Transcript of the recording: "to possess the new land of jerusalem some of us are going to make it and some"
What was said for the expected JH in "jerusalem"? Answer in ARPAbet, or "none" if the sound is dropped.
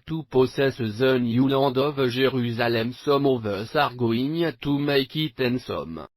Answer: ZH